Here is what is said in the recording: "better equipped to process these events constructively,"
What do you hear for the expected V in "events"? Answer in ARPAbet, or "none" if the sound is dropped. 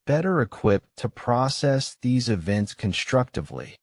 V